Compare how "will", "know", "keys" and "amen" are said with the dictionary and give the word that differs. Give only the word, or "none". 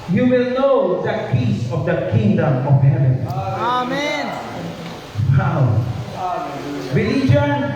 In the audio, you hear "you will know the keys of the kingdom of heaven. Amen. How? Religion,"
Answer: keys